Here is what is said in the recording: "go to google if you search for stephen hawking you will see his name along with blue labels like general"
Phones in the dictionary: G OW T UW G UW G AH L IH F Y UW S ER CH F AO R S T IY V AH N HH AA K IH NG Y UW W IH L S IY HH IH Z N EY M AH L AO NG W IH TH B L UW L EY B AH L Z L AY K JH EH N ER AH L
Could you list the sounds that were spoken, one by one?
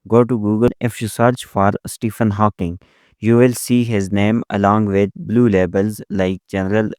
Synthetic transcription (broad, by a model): G OW T UW G UW G AH L IH F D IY S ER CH F AO R S T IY F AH N HH AA K IH NG Y UW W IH L S IY HH IH Z N EY M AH L AO NG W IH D B L UW L EY B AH L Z L AY K JH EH N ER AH L